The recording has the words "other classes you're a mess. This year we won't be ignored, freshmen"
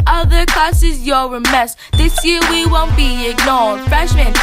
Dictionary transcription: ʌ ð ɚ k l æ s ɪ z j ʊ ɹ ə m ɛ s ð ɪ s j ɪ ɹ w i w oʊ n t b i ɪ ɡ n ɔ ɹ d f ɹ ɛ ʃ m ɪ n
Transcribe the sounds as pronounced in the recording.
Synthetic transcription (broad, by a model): ʌ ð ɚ k ɔ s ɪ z j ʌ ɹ ə m ɛ s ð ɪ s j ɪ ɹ w i w oʊ n t b i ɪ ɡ n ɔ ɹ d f ɹ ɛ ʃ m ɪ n